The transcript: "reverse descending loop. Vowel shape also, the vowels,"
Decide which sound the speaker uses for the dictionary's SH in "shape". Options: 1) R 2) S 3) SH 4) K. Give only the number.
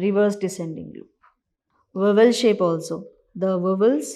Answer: 3